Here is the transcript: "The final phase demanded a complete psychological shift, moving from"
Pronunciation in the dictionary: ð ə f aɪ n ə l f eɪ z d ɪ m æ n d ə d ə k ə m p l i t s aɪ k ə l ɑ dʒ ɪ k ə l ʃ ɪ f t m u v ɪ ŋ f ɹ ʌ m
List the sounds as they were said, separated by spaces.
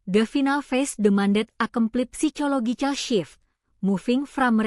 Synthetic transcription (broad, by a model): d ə f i n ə l f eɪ s d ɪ m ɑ n d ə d ə k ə m p l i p s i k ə l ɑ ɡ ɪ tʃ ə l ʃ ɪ f m u f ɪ ŋ f ɹ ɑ m